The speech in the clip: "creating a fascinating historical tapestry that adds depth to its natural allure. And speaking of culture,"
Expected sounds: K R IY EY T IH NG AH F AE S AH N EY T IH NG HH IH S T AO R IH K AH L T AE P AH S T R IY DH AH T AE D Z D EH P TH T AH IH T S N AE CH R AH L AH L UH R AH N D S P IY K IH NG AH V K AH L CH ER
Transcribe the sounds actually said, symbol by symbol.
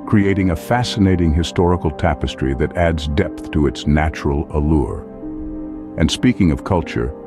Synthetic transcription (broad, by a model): K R IY EY T IH NG AH F AE S AH N EY T IH NG HH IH S T AO R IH K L T AE P AH S T R IY DH AH T AE D Z D EH P TH T AH IH T S N AE CH R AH L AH L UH R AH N S P IY K IH NG AH V K AH L CH ER